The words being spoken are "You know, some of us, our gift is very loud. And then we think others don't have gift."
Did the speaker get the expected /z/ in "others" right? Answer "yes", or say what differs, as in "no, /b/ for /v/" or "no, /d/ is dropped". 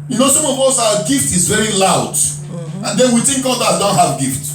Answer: no, /z/ is dropped